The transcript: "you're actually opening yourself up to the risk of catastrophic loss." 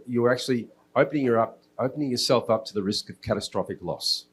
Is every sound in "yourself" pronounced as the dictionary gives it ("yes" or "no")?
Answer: yes